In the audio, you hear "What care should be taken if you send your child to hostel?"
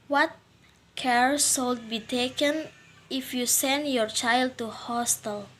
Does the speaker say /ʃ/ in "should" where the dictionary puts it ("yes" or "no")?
no